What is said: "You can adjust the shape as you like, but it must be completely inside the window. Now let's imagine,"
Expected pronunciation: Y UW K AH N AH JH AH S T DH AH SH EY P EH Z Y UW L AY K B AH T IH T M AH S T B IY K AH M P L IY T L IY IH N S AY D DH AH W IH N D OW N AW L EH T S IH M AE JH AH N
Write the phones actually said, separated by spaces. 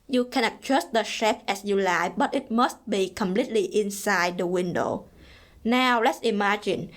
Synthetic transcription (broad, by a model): Y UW K AH N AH CH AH S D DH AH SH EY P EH S Y UW L AY B AH T IH T M AH S T B IY K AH M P L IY T L IY IH N S AY D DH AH W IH N D OW N AW L EH T S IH M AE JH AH N